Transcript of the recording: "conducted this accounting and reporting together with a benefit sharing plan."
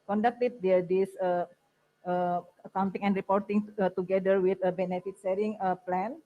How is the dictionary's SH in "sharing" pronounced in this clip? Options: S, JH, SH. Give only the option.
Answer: S